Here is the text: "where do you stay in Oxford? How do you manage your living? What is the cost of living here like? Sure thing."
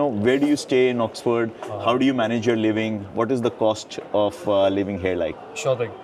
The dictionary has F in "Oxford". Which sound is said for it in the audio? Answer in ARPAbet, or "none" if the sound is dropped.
F